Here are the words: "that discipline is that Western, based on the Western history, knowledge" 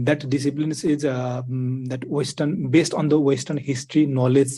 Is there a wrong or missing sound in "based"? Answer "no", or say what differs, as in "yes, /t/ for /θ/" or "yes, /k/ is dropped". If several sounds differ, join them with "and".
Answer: no